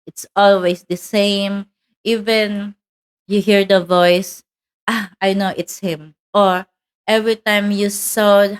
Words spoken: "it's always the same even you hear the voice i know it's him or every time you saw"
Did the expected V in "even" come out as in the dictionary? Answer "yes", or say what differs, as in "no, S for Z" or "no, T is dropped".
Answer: yes